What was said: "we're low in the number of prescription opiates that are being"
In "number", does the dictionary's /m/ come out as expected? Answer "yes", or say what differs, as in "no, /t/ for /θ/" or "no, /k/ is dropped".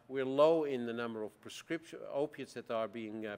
yes